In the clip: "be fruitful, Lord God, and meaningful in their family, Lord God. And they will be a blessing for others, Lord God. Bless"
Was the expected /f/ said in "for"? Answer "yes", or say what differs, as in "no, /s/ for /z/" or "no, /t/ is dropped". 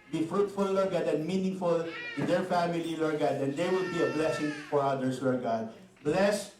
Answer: yes